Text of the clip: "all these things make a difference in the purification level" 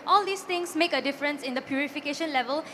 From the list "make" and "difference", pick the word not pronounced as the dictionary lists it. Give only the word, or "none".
none